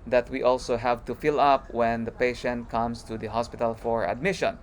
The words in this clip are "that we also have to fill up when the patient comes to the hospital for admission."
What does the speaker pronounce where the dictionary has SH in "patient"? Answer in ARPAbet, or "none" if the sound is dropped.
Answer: SH